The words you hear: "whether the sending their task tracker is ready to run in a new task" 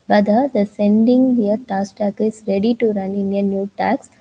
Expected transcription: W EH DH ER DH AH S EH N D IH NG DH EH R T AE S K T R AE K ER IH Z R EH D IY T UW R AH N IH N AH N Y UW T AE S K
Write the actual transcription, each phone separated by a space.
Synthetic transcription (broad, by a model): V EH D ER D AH S EH N D IH NG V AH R T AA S T AE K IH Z R EH D IY T UW R AH N IH N AH N Y UW T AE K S